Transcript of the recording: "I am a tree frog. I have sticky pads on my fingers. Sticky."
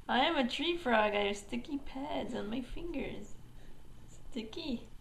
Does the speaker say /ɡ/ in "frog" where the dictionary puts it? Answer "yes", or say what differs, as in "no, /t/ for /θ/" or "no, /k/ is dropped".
yes